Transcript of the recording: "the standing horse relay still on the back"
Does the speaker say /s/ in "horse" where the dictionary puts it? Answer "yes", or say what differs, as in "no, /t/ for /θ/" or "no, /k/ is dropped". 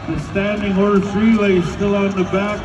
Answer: no, /θ/ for /s/